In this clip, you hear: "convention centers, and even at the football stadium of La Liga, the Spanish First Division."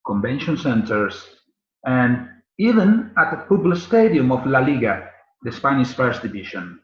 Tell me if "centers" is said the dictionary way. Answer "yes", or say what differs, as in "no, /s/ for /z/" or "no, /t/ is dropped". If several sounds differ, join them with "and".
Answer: no, /s/ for /z/